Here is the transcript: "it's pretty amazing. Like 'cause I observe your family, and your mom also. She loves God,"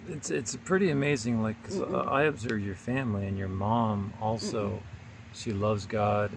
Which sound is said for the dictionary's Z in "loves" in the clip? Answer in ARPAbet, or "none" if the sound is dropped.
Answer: Z